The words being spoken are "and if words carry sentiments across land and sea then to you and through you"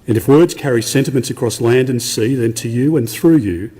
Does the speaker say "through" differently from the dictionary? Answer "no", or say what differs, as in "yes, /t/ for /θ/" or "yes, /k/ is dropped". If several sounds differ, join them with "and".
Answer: no